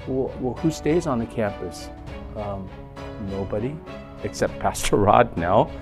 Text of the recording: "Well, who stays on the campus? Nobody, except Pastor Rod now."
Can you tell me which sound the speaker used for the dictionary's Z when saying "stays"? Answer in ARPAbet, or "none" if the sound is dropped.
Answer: Z